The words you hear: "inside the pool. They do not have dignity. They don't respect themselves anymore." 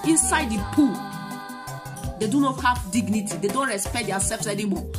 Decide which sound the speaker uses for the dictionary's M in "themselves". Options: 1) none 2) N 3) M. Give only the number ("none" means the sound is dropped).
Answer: 1